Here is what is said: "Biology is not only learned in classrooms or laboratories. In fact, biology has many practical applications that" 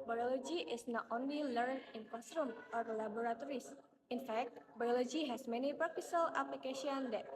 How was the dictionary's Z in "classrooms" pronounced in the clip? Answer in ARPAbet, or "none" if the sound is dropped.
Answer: none